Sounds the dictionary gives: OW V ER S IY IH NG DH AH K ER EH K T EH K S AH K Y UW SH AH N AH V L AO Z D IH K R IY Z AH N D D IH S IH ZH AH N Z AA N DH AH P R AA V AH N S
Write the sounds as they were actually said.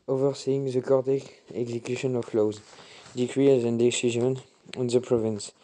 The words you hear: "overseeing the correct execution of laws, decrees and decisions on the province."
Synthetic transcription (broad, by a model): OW V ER S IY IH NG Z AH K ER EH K EH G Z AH K Y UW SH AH N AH F L AO Z D IH K R IY Z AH N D D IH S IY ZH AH N AA N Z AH P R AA V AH N S